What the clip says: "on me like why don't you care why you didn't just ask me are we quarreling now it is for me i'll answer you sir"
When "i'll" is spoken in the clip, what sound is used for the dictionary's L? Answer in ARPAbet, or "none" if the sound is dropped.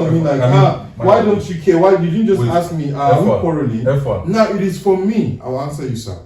W